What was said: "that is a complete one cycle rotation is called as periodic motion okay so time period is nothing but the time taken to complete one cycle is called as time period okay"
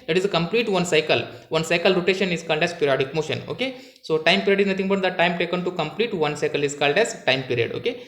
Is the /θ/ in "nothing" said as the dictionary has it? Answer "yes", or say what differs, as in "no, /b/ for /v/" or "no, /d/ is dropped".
no, /t/ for /θ/